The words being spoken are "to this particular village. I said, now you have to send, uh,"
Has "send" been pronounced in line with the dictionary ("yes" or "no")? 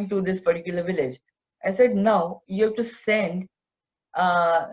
yes